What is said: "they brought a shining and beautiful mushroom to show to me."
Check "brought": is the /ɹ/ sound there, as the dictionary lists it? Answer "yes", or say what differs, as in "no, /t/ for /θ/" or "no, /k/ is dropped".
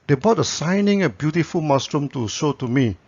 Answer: no, /ɹ/ is dropped